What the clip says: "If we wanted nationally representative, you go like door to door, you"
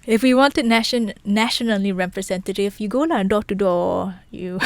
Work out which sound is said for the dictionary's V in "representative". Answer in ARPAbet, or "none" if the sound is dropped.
F